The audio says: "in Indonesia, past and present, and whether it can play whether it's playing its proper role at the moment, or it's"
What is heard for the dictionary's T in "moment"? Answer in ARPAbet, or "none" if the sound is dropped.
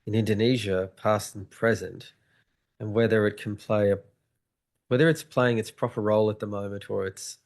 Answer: T